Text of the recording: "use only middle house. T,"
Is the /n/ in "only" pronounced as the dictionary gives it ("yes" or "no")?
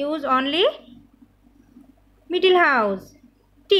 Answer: yes